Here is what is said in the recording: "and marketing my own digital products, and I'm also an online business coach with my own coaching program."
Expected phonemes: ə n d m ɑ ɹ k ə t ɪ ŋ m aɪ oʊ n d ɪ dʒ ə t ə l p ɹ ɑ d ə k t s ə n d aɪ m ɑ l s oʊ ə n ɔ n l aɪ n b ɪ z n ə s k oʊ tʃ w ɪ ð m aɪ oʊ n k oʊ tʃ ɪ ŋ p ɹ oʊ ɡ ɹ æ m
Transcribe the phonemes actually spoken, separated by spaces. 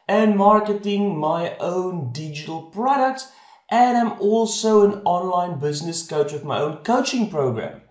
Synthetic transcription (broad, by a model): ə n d m ɑ ɹ k ə t ɪ ŋ m aɪ oʊ n d ɪ dʒ ə t ə l p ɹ ɑ d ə k t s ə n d aɪ m ɑ l s oʊ ə n ɔ n l aɪ n b ɪ z n ə s k oʊ tʃ w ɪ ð m aɪ oʊ n k oʊ tʃ ɪ ŋ p ɹ oʊ ɡ ɹ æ m